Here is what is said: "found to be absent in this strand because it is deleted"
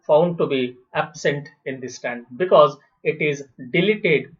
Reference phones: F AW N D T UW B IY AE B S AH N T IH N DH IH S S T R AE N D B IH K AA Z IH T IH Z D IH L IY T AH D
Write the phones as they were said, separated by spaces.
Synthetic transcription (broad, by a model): F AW N D T UW B IY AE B S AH N T IH N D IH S S T AE N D B IH K AA Z IH T IH Z D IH L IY T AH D